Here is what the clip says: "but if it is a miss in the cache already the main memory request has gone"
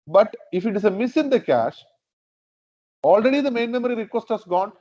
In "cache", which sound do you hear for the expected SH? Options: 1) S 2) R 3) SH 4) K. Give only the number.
3